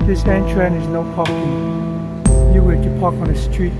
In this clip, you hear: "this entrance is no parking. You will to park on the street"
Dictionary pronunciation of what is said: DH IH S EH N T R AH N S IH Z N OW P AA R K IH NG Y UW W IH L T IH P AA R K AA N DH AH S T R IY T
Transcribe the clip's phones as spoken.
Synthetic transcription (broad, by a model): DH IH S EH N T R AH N IH Z N OW P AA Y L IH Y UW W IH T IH P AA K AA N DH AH S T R IY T